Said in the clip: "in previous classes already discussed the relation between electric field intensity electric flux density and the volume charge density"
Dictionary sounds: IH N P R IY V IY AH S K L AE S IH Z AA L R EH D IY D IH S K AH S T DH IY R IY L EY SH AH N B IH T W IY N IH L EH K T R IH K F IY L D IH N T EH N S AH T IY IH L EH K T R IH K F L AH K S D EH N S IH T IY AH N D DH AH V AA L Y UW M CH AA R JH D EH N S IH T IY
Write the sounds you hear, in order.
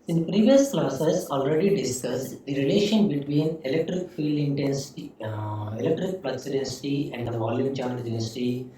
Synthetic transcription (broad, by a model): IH N P R IY V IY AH S K L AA S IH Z AA L R EH D IY D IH S K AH S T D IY R IY L EY SH AH N B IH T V IY N IH L EH K T R IH K F IY L D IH N T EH N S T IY IH L EH K T R IH K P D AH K S D EH N S IH T IY AH N D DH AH V AA L Y UW M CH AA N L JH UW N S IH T IY